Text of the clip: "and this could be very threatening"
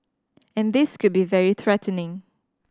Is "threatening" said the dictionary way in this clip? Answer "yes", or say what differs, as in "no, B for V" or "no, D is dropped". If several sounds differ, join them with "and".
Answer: yes